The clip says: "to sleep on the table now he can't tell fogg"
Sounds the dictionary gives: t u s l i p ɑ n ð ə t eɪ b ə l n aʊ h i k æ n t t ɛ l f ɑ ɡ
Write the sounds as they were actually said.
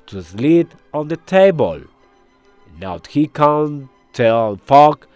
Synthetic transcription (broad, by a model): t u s l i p ɑ n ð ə t eɪ b ə l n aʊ h i k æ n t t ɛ n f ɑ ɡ